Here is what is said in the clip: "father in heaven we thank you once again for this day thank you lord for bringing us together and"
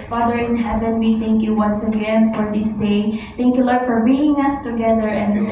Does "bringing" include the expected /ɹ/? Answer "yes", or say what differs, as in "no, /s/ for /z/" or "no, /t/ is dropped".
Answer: no, /ɹ/ is dropped